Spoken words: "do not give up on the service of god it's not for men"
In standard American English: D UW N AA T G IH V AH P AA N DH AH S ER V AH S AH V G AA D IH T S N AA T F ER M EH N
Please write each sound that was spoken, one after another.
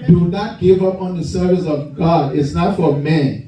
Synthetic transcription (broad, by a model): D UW N AA T G IH V AH P AA N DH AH S ER V AH S AH V G AA D IH T S N AA T F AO M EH N